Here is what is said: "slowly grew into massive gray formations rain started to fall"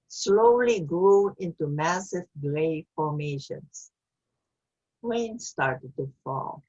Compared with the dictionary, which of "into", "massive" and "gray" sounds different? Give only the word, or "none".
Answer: gray